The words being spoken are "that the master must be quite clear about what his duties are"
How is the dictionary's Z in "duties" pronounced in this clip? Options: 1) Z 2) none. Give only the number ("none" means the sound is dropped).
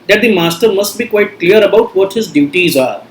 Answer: 1